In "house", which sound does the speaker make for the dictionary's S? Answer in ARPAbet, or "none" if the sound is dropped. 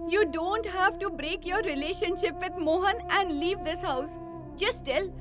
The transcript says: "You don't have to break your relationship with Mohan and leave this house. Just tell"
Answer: S